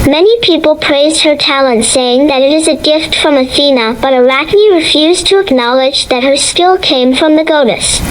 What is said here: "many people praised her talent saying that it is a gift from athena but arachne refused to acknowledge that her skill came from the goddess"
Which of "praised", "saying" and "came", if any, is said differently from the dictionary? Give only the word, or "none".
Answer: none